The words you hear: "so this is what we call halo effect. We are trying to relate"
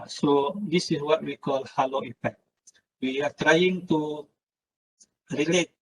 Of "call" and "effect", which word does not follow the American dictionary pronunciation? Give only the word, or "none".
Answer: effect